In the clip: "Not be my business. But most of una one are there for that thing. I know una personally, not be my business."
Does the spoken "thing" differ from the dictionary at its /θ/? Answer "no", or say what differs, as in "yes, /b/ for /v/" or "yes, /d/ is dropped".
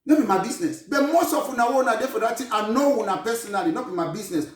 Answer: yes, /t/ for /θ/